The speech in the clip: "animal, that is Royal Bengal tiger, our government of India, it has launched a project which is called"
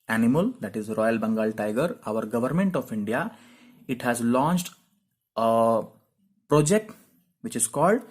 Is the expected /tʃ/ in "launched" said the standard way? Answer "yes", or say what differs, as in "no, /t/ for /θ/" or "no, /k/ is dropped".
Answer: yes